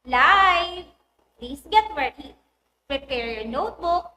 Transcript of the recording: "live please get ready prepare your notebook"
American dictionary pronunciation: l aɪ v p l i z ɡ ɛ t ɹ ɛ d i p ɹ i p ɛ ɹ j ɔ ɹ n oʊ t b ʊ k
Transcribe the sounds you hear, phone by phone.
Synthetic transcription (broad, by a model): l aɪ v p l i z ɡ ɛ t w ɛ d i p ɹ i p ɛ ɹ j ɔ ɹ n oʊ t b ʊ k